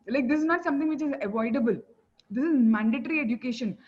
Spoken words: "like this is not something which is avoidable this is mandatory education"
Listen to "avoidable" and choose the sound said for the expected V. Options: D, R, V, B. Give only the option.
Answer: V